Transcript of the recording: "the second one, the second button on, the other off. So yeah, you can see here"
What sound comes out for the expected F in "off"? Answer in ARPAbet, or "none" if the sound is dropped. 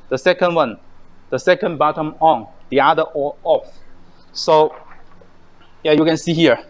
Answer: F